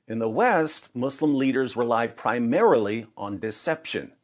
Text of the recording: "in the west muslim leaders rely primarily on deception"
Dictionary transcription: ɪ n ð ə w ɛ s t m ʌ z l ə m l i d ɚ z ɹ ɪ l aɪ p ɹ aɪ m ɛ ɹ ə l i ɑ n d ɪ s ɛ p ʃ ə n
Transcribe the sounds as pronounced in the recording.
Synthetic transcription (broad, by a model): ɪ n ð ə w ɛ s t m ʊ s l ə m l i d ɚ z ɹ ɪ l aɪ p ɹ aɪ m ɛ ɹ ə l i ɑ n d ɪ s ɛ p ʃ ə n